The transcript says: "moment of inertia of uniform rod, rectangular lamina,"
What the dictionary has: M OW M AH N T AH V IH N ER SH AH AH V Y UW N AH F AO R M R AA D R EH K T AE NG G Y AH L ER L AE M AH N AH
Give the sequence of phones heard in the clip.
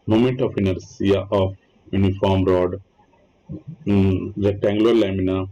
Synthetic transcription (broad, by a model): M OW M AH N T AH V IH N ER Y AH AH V Y UW N AH F AO R M R AA D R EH T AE NG G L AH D L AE M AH N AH